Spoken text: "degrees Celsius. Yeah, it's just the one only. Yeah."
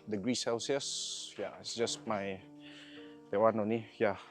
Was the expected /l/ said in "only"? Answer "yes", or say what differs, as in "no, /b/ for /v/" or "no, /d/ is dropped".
no, /l/ is dropped